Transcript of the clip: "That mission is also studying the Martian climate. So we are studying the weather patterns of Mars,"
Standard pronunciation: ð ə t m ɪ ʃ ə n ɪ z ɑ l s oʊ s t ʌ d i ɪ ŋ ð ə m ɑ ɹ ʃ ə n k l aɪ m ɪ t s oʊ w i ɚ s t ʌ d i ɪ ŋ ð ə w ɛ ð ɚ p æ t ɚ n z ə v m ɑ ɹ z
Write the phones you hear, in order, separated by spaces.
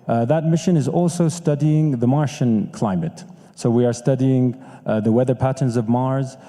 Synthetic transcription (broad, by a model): ð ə t m ɪ ʃ ə n ɪ z ɑ l s oʊ s t ʌ d i ɪ ŋ ð ə m ɑ ɹ ʃ ə n k l aɪ m ɪ t s oʊ w i ɚ s t ʌ d i ɪ ŋ ð ə w ɛ ð ɚ p æ t ɚ n z ə v m ɑ ɹ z